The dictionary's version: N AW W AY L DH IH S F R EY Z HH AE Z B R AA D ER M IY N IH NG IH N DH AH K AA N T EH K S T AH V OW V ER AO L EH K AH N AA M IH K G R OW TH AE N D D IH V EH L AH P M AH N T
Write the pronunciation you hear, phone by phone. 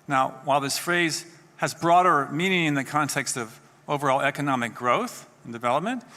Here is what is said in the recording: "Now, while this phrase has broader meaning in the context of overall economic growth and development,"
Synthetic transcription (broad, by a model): N AW W AY L DH IH S F R EY Z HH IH Z B R AA D ER M IY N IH NG IH N DH AH K AA N T EH K S T AH V OW V ER AO L EH K AH N AA M IH K G R OW TH N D D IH V EH L AH P M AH N T